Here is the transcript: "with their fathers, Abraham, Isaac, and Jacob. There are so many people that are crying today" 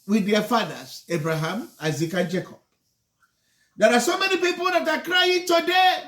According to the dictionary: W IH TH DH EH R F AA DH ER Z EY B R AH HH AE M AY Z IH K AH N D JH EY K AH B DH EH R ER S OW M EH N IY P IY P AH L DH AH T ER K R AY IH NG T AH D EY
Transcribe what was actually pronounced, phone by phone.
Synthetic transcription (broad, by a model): W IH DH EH F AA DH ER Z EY B R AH HH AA M AY Z IH K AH N JH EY K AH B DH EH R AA S OW M EH N IY P IY P AH L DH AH T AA K R AY IH NG T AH D EY